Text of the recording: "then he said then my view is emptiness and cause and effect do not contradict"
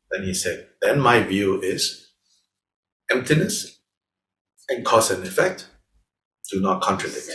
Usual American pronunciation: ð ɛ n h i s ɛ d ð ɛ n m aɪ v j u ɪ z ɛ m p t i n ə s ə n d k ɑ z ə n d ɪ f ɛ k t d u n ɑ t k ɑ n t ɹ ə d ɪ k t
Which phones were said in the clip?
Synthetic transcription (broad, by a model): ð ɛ n h i s ɛ d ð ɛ n m aɪ v j u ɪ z ɛ m p t i n ə s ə n k ɑ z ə n ɪ f ɛ k t d u n ɑ t k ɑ n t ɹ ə d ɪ k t